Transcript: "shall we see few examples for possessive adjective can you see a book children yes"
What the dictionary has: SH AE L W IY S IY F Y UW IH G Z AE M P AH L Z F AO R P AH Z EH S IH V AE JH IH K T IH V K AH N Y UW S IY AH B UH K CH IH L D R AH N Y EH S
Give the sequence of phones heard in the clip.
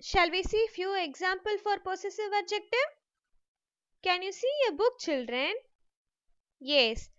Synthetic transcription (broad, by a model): SH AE L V IY S IY F Y UW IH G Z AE M P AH L F AO R P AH S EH S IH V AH JH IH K T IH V K AH N Y UW S IY AH B UH K CH IH L D R AH N Y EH S